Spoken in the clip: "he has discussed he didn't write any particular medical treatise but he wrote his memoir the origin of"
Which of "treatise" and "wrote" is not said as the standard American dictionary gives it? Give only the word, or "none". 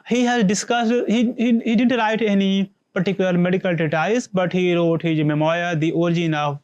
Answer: treatise